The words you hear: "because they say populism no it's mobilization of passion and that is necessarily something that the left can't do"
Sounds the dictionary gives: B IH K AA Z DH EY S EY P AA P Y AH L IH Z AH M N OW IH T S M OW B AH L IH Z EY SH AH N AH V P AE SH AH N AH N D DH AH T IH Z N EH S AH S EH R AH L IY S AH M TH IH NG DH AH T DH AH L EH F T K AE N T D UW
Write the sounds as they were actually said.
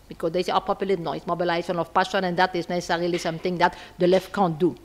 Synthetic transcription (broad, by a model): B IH K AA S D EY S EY P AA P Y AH L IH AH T N OW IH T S M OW B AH L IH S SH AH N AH F P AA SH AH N AH N D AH T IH S N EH S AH S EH R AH L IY S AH M T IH NG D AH T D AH L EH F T K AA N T D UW